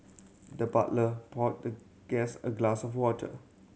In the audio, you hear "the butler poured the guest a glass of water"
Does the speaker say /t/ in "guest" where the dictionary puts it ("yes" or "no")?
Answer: no